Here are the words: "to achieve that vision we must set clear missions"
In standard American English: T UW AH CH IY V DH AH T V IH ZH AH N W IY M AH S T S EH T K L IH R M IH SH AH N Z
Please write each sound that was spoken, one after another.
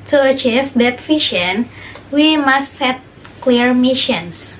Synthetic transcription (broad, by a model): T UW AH CH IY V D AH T F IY SH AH N W IY M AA S T S EH T K L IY R M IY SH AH N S